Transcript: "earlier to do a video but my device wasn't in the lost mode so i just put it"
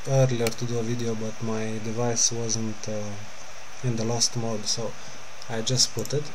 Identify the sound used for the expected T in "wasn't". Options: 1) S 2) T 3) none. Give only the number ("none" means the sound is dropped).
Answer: 2